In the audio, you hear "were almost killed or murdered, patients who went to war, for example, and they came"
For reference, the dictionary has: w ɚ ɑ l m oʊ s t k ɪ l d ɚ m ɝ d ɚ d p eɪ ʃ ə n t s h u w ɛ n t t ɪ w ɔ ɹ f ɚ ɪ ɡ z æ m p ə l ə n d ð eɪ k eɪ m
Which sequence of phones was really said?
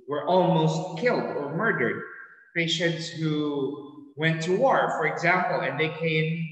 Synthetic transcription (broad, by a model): w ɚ ɑ l m oʊ s t k ɪ l d ɚ m ɝ d ɚ d p eɪ ʃ ə n t s h u w ɛ n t t ɪ w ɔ ɹ f ɚ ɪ ɡ z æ m p l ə n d ð eɪ k eɪ m